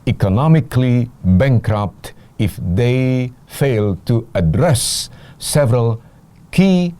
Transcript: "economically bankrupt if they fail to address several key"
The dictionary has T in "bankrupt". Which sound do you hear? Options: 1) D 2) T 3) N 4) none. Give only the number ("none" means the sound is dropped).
2